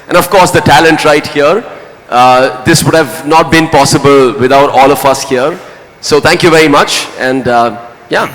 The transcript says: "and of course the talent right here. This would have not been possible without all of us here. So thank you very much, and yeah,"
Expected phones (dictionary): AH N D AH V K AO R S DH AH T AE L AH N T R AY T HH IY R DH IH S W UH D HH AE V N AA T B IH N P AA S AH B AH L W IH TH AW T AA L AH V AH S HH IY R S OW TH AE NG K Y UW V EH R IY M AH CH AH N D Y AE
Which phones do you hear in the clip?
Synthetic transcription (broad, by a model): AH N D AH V K AO R S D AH T AE L AH N T R AY T HH IY R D IH S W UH D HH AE V N AA T B IH N P AA S AH B AH L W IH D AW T AA L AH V AH S HH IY R S OW T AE NG K Y UW V EH R IY M AH CH AH N D Y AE